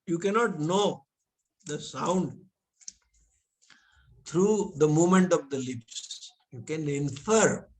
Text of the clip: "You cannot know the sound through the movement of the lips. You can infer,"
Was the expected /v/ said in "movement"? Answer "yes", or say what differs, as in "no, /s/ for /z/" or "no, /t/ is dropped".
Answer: no, /v/ is dropped